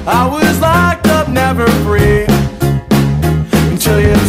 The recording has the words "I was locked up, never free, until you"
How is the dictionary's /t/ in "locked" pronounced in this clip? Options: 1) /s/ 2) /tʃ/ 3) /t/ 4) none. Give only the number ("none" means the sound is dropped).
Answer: 4